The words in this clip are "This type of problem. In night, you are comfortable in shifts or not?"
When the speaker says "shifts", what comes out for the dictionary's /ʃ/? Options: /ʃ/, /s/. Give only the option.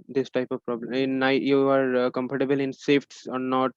/s/